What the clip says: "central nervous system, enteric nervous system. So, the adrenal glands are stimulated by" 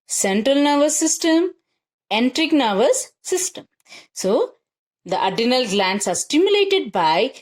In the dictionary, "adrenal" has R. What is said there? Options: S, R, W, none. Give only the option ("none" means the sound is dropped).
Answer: none